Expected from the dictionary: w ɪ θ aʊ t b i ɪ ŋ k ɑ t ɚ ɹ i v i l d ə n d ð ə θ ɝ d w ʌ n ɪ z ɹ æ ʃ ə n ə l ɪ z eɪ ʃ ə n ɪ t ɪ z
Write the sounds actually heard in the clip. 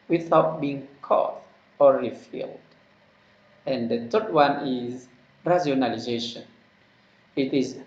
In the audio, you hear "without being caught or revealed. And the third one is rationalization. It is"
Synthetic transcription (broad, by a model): w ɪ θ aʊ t b i ɪ ŋ k ɑ t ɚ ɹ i f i l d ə n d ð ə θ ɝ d w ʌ n ɪ z ɹ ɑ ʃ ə n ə l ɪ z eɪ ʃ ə n ɪ t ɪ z